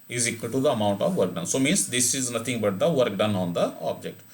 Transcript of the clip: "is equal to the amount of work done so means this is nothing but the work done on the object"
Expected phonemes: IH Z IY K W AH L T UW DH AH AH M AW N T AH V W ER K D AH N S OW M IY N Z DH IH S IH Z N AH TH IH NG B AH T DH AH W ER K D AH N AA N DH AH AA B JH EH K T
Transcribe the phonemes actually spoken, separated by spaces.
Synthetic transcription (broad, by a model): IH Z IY K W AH L T UW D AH AH M AW N T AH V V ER K D AH N S OW M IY N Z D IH S IH Z N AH T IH NG B AH T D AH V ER K D AH N AA N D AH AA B JH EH K T